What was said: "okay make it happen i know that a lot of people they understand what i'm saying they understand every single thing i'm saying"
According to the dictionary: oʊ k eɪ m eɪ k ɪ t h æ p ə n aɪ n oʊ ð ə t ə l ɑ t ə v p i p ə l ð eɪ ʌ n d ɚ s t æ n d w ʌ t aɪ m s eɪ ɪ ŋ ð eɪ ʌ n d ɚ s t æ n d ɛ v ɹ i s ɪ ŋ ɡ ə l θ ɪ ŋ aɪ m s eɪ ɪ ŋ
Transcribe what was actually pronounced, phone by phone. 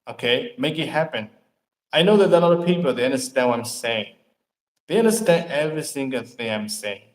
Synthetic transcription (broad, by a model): oʊ k eɪ m eɪ k ɪ t h æ p ə n aɪ n oʊ ð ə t ə l ɑ t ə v p i p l ð eɪ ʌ n d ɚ s t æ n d w ʌ t aɪ m s eɪ ɪ ŋ ð eɪ ʌ n d ɚ s t æ n d ɛ v ɹ i s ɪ ŋ ɡ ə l θ ɪ ŋ aɪ m s eɪ ɪ ŋ